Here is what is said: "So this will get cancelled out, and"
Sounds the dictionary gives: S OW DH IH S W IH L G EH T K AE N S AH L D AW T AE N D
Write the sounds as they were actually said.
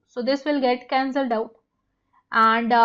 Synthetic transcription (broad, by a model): S OW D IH S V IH L G EH T K AE N S AH L D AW T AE N D